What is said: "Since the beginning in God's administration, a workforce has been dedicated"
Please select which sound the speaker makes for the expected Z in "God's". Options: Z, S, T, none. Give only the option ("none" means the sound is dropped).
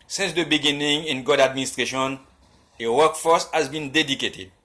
none